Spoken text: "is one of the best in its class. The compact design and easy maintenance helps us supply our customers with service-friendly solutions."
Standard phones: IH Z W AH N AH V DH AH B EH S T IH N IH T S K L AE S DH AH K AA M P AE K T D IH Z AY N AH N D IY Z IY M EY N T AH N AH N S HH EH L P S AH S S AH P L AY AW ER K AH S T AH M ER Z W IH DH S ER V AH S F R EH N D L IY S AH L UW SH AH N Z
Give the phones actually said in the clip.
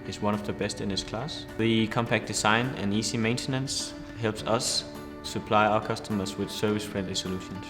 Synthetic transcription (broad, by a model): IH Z W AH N AH V DH AH B EH S T IH N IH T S K L AE S DH AH K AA M P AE K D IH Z AY N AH N IY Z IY M EY N T AH N AH N S HH EH L P S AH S S AH P L AY AW ER K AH S T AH M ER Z W IH DH S ER V AH S F R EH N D L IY S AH L UW SH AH N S